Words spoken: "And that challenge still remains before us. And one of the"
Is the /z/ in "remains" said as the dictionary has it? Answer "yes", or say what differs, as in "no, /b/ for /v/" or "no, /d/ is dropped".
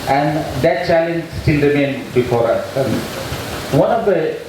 no, /z/ is dropped